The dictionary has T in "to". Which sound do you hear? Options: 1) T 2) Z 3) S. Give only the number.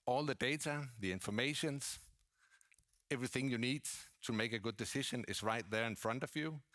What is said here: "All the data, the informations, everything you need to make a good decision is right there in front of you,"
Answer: 1